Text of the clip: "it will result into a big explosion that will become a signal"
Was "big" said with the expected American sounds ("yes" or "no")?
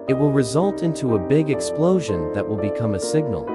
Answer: yes